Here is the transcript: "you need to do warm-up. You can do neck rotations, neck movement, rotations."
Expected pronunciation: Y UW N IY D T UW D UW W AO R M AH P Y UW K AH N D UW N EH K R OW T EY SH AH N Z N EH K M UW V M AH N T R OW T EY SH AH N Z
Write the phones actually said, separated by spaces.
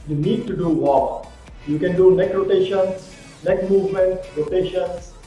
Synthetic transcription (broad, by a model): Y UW N IY D T UW D UW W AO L Y UW K AH N D UW N EH K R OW T EY SH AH N S N EH K M UW V M AH N T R OW T EY SH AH N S